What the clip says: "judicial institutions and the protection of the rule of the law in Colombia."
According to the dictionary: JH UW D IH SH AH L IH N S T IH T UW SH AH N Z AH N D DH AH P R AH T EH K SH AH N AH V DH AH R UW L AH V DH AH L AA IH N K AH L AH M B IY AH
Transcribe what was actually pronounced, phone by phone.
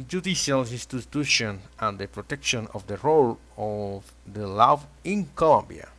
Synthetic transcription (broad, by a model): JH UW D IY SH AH L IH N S T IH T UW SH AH N AH N D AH P R AH T EH K SH AH N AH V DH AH R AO L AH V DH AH L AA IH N K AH L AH M B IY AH